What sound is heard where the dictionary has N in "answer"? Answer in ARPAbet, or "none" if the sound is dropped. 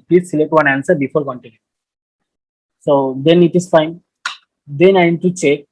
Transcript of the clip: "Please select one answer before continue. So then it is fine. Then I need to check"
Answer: N